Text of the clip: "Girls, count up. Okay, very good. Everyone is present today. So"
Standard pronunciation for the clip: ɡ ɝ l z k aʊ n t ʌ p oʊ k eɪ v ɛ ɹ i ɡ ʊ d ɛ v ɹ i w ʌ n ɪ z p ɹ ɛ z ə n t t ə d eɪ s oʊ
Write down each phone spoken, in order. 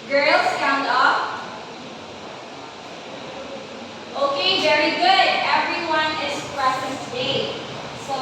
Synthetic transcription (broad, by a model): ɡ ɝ l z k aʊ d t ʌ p oʊ k eɪ v ɛ ɹ i ɡ ʊ d ɛ v ɹ i w ʌ n ɪ z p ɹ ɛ s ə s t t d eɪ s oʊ